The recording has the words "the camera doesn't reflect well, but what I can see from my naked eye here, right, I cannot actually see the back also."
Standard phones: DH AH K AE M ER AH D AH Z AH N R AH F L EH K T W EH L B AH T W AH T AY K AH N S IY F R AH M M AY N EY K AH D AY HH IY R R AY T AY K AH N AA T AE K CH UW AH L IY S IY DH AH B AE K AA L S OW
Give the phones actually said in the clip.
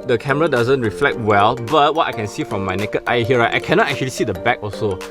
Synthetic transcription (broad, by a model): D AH K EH M ER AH D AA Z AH N R AH F L EH K T W EH L B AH T W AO T AY K AH N S IY F R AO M M AY N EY K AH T AY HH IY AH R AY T AY K AH N AA T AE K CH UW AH L IY S IY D AH B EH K AA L S OW